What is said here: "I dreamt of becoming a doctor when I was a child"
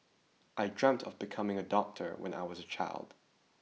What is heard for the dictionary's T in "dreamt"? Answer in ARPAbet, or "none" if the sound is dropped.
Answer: T